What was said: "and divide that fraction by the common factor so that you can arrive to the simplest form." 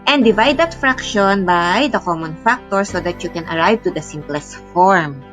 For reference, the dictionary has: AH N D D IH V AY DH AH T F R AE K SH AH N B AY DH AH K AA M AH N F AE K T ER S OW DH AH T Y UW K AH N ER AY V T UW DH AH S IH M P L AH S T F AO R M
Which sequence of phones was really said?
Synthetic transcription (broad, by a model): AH N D D IH V AY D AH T F R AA K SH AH N B AY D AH K AA M AH N F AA K T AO S OW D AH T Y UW K AH N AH AY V T UW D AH S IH M P L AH S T F AO R M